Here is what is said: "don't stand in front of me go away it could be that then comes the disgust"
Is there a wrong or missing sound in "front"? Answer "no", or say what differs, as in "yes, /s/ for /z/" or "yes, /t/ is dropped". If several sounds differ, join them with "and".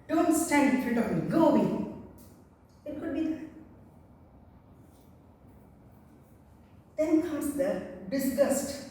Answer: yes, /n/ is dropped